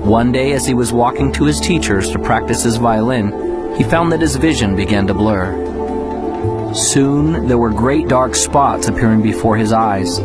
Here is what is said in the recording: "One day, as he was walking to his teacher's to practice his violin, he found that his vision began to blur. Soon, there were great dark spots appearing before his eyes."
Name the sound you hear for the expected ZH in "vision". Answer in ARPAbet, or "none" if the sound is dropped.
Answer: ZH